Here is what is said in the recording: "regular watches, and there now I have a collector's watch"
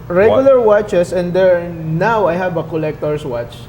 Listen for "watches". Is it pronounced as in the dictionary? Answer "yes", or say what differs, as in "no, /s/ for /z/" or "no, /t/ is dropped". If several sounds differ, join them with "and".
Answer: no, /s/ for /z/